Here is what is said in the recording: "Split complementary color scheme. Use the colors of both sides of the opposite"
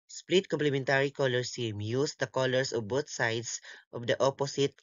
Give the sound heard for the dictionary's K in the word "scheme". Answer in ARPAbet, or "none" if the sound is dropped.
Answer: none